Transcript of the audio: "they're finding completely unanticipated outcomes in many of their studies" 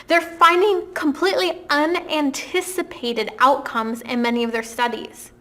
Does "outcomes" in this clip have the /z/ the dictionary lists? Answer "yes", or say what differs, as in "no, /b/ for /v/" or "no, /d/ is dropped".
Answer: yes